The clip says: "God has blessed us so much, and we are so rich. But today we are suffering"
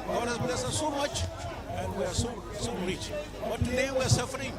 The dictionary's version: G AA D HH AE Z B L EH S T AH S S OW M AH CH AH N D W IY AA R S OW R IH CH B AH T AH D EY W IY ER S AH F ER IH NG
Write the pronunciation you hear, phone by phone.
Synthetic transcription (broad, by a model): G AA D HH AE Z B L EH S AH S S OW M AH CH AH N D W IY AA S S OW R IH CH B AH T AH D EY W IY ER S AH F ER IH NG